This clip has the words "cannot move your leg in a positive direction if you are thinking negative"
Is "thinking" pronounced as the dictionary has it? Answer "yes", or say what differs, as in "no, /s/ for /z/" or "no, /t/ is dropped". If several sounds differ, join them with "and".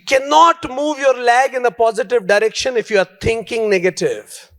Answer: no, /t/ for /θ/